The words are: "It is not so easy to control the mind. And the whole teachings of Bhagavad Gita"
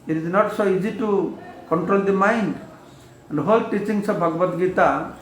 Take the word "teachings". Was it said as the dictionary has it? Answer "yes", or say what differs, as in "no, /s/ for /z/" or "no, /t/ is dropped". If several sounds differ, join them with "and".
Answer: no, /s/ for /z/